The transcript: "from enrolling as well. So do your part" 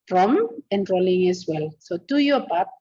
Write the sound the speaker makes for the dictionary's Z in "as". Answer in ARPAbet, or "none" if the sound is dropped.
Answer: S